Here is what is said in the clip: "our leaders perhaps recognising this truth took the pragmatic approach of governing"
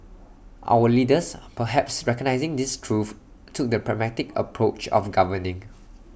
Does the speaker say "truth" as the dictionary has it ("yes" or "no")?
no